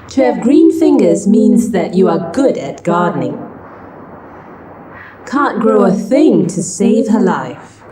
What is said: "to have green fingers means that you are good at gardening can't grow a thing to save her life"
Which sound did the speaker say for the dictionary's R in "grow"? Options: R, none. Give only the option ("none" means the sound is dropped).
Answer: R